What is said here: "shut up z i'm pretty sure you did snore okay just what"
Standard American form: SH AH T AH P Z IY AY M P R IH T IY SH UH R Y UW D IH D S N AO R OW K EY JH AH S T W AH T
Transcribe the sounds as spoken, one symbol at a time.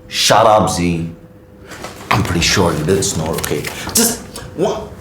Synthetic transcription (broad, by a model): SH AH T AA B Z IY AY M P R IH T IY SH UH R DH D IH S N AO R OW K EY JH AH S T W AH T